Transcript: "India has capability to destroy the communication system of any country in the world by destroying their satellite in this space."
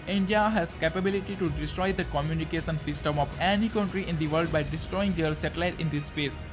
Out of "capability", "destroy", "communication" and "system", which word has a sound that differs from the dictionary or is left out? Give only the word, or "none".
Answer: none